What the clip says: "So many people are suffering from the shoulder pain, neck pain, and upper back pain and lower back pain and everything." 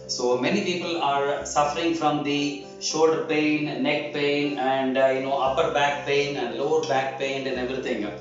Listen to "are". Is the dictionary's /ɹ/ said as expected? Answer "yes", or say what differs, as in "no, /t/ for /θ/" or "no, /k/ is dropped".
yes